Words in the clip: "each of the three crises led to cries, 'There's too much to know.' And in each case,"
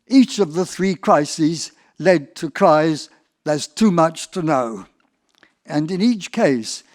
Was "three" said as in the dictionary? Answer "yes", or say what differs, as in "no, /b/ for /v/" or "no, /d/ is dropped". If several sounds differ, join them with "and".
yes